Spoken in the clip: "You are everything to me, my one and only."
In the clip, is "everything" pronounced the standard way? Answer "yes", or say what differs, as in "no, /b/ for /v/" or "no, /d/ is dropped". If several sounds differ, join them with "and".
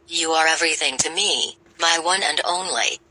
yes